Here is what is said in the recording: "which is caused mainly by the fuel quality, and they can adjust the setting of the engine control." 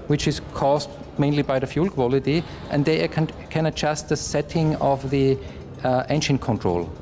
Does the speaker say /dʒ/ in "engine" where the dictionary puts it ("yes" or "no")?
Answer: no